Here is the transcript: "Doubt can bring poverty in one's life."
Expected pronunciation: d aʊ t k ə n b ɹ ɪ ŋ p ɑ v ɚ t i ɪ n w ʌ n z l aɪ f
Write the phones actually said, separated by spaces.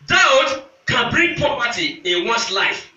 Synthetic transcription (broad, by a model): d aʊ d k ə n b ɹ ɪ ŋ p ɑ p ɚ t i ɪ n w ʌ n s l aɪ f